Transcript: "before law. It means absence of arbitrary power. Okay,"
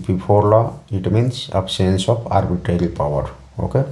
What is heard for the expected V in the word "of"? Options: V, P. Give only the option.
P